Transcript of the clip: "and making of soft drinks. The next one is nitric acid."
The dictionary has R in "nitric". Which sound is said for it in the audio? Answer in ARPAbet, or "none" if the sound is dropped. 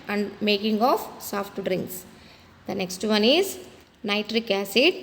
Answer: R